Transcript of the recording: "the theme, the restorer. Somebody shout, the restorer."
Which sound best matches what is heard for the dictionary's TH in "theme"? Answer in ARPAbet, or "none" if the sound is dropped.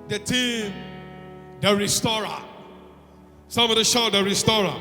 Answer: T